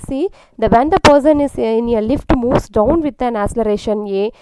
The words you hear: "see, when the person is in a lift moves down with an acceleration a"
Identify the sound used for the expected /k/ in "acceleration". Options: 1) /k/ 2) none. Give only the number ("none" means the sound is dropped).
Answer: 2